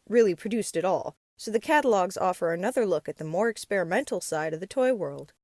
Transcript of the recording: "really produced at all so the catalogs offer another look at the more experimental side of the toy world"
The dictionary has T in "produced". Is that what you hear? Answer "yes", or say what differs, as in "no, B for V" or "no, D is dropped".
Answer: yes